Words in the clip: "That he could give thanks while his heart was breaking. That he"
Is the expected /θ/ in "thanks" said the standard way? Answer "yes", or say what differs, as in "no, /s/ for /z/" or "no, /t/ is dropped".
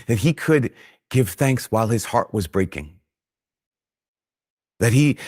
yes